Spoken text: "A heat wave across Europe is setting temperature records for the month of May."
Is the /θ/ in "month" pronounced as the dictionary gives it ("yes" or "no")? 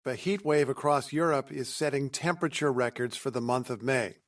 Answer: yes